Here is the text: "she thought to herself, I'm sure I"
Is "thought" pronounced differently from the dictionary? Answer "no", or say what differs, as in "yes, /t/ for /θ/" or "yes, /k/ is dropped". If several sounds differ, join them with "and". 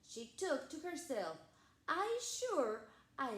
yes, /t/ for /θ/